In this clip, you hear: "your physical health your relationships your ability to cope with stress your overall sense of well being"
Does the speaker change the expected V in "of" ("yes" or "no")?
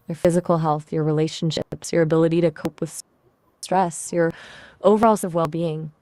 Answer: no